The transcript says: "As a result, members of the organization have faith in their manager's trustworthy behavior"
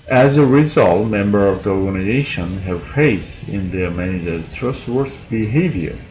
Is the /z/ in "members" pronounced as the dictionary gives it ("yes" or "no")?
no